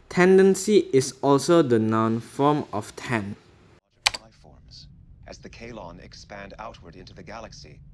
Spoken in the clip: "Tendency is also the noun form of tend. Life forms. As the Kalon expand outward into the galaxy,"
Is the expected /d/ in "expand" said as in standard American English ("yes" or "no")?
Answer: yes